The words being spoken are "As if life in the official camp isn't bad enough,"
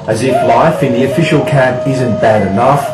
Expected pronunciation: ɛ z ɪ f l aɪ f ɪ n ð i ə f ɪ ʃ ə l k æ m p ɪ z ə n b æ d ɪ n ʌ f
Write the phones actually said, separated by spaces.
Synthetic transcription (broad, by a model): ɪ z ɪ f l aɪ f ɪ n ð i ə f ɪ ʃ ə l k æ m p ɪ z ə n b æ d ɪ n ʌ f